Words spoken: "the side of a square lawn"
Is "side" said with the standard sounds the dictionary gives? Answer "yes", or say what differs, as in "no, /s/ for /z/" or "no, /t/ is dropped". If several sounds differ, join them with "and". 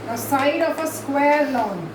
yes